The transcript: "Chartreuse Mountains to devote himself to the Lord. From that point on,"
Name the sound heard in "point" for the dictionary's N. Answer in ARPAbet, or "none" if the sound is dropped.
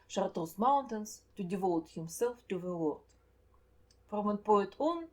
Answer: none